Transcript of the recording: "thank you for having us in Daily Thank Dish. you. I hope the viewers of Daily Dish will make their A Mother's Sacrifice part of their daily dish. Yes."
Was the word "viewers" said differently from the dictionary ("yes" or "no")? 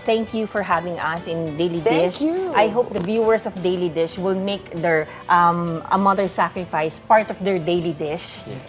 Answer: yes